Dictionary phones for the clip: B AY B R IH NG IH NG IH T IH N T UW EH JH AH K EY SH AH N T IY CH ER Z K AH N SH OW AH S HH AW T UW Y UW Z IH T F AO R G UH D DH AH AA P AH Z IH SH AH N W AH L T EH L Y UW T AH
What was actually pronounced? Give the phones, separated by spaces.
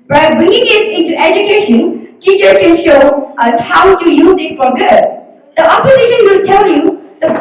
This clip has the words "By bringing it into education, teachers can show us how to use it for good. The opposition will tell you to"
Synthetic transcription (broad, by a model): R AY B R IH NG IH NG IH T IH N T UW EH JH AH K EY SH AH N T IY CH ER K AH N SH OW AH S HH AW T UW Y UW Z IH T F AO R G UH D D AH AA P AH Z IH SH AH N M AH T EH L Y UW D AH